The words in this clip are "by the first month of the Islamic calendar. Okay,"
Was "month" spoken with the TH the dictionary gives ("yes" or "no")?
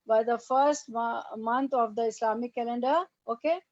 no